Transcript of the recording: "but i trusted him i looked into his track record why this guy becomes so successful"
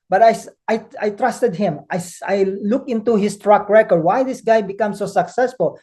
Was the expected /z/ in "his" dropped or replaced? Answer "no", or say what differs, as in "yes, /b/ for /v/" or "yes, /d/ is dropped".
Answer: yes, /s/ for /z/